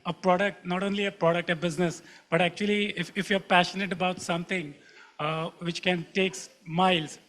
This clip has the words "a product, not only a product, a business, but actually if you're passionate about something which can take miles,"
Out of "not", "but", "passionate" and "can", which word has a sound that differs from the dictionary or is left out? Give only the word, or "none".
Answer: none